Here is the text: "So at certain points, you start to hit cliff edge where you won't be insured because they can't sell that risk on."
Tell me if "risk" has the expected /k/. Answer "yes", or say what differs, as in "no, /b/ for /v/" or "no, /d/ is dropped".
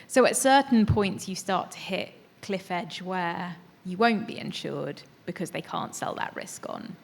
yes